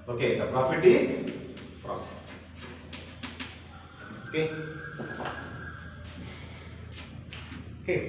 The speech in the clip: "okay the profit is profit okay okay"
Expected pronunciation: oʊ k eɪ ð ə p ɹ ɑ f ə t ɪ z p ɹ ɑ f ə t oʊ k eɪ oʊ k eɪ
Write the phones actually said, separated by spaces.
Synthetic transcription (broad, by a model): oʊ k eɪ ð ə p ɹ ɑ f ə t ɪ s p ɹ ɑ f oʊ k eɪ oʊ k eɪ